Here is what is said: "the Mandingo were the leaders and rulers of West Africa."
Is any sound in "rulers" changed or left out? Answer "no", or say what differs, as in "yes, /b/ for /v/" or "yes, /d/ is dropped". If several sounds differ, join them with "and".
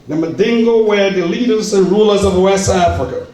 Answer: no